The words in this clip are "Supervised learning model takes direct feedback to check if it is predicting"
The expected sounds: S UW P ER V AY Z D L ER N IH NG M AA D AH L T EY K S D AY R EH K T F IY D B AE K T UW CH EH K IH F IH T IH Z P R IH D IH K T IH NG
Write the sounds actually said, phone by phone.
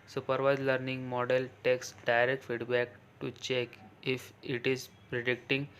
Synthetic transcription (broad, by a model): S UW P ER V AY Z L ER N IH NG M AA D AH L T EY K S D AY R EH K T F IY D B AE K T UW CH EH K IH F IH T IH Z P R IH D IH K T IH NG